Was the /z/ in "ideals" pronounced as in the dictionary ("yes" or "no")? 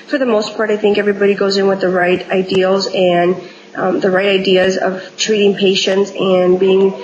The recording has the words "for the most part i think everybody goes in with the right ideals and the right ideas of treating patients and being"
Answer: yes